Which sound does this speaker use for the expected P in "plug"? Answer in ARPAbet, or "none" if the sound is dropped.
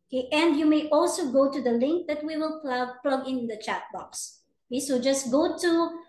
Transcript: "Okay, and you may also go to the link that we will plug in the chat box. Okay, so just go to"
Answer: P